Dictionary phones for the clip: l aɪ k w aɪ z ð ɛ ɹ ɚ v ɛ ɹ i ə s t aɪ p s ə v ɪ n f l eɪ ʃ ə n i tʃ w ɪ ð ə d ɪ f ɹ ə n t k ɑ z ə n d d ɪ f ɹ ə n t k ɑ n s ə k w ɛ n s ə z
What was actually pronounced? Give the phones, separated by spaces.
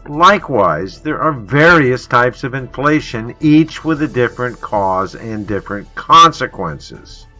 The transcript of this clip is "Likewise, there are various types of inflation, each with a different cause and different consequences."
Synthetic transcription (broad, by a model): l aɪ k w aɪ z ð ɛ ɹ ɚ v ɛ ɹ i ə s t aɪ p s ə v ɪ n f l eɪ ʃ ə n i tʃ w ɪ ð ə d ɪ f ɹ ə n k ɑ z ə n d d ɪ f ɹ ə n k ɑ n s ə k w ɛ n s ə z